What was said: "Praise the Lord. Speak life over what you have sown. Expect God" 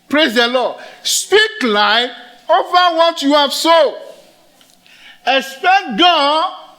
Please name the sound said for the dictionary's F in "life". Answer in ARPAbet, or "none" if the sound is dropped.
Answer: none